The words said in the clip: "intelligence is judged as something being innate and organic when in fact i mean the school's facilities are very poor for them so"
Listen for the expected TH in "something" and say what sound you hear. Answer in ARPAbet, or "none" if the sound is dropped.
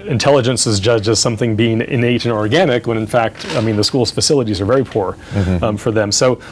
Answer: TH